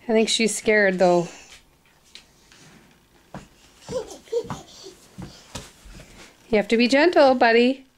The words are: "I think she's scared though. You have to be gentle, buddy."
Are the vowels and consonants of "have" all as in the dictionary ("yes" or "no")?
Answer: no